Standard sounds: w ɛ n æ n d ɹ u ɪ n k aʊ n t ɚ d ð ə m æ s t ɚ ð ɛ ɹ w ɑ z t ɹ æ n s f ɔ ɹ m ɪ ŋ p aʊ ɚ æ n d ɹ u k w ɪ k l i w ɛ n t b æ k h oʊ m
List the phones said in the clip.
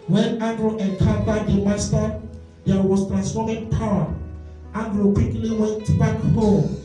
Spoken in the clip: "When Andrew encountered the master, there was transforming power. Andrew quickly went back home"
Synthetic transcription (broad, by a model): w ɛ n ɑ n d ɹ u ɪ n k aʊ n t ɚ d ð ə m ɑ s t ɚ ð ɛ w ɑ s t ɹ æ n s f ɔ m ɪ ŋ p aʊ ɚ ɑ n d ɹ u k w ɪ k l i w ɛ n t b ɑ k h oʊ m